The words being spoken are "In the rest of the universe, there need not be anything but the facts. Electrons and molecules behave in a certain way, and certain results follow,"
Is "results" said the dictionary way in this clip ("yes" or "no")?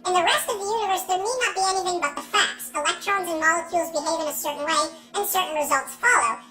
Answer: yes